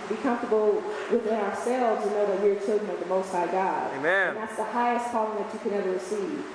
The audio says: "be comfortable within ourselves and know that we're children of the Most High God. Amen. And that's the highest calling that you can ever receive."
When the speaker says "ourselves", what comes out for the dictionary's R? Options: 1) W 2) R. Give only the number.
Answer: 2